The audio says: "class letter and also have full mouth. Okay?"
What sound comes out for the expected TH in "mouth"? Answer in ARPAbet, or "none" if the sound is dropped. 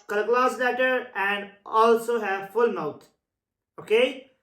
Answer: T